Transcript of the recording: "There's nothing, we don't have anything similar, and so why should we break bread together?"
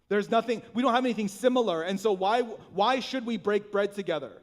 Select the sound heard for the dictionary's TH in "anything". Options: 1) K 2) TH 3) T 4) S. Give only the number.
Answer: 2